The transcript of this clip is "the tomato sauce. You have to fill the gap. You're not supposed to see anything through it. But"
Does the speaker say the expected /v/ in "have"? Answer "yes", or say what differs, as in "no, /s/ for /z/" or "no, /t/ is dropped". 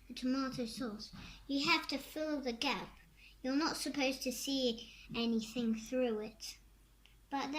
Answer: no, /f/ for /v/